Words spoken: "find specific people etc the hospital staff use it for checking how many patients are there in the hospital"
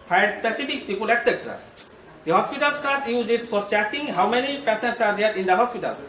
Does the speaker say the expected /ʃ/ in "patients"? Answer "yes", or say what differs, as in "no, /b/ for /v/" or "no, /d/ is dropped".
no, /s/ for /ʃ/